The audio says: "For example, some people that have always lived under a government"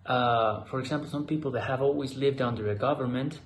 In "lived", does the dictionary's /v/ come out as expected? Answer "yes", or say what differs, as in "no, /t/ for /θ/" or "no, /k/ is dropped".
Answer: yes